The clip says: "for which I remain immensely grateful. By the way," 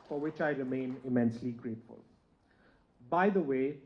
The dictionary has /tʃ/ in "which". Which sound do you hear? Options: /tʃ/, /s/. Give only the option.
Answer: /tʃ/